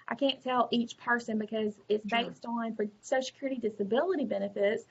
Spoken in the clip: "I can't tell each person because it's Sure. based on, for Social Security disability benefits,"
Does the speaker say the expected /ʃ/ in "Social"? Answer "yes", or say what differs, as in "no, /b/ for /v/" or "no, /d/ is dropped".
no, /ʃ/ is dropped